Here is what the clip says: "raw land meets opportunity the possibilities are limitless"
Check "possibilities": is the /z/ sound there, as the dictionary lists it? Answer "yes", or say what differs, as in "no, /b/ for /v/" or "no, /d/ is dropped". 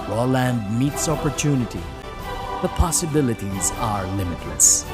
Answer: yes